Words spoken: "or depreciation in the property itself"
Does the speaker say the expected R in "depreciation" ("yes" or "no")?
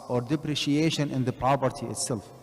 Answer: yes